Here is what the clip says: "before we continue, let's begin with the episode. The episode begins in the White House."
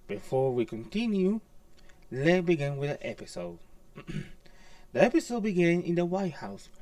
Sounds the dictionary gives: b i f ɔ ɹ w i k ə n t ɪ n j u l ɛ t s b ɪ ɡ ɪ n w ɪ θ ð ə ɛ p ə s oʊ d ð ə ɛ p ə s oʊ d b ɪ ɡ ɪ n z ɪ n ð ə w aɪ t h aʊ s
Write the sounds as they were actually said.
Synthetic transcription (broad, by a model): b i f ɔ w i k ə n t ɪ n j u l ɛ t b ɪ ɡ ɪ n w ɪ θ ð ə ɛ p ə s oʊ d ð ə ɛ p ə s oʊ d b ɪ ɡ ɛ n ɪ n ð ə w aɪ t h aʊ s